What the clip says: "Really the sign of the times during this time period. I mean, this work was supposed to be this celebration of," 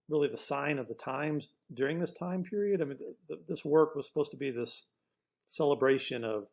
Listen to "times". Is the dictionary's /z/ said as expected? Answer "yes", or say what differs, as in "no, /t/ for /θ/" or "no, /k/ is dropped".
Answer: yes